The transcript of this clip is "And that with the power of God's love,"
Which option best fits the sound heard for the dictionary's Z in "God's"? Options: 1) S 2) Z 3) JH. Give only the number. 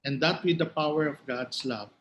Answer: 1